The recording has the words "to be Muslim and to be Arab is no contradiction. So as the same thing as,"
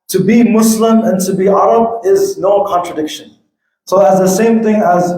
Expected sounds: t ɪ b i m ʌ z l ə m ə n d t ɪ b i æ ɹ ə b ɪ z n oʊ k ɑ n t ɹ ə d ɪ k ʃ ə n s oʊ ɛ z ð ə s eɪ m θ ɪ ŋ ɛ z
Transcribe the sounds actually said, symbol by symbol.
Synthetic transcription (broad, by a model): t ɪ b i m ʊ s l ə m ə n t ɪ b i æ ɹ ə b ɪ z n oʊ k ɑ n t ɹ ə d ɪ k ʃ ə n s oʊ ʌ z ð ə s eɪ m θ ɪ ŋ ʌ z